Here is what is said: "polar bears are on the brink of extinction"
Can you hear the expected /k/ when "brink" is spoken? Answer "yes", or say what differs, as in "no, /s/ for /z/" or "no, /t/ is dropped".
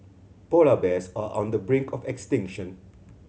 yes